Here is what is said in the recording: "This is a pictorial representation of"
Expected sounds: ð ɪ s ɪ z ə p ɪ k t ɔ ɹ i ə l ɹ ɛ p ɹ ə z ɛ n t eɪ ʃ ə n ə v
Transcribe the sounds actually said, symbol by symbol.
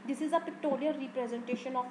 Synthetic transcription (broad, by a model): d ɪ s ɪ z ə p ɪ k t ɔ l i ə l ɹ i p ɹ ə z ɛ n t eɪ ʃ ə n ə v